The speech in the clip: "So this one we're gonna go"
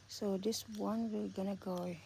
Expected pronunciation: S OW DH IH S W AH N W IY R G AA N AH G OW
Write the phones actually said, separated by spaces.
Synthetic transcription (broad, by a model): S OW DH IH S W AH N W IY L G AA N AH G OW